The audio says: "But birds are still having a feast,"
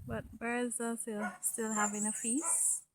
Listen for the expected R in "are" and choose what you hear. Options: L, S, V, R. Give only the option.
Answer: L